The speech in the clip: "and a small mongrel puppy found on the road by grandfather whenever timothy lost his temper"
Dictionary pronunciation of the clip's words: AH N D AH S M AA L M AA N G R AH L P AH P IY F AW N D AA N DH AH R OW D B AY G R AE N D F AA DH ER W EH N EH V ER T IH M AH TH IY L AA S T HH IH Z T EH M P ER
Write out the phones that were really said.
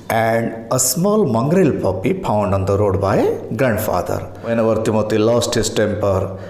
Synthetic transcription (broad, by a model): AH N D AH S M AA L M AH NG G R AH L P AH P IY P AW N D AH N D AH R OW D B AY G R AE N D F AA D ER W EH N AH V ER T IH M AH T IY L AA S T HH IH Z T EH M P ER